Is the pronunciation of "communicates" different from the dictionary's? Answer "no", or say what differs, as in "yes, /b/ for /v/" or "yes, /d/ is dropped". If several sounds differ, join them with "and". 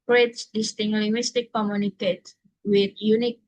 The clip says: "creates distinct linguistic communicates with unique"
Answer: yes, /s/ is dropped